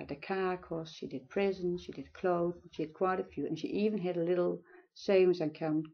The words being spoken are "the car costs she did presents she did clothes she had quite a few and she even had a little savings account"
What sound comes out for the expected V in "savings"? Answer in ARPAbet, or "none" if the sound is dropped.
none